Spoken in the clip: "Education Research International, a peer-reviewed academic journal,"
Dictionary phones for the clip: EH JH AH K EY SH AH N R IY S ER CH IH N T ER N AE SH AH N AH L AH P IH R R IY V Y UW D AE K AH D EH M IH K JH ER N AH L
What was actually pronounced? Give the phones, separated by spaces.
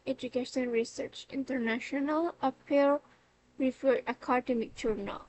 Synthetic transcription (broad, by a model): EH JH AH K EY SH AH N R IY S ER CH IH N T ER N AE SH AH N AH L AH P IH L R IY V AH AE K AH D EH M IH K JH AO N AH L